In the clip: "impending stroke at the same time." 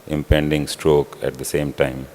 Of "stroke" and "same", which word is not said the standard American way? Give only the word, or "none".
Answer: none